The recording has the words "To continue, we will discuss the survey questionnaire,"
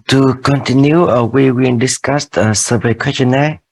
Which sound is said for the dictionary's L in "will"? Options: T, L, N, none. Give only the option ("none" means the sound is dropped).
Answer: N